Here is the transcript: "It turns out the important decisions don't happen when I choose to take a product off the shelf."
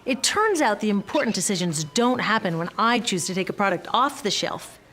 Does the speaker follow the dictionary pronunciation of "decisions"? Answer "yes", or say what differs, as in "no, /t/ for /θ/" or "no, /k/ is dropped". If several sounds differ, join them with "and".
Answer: yes